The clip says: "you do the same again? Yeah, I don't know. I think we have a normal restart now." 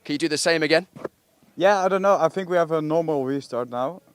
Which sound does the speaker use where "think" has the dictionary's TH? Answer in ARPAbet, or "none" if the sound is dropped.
TH